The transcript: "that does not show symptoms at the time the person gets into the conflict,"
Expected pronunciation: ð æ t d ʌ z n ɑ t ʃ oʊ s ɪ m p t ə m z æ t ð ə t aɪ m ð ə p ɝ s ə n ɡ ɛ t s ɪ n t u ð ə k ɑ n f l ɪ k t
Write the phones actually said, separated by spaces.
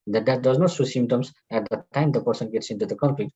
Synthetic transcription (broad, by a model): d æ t d ʌ z n ɑ t s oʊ s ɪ m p t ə m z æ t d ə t aɪ m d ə p ɝ s ə n ɡ ɛ t s ɪ n t u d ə k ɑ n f l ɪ k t